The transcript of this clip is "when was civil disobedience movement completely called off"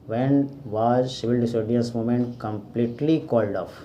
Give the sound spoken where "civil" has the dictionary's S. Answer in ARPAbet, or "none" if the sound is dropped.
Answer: SH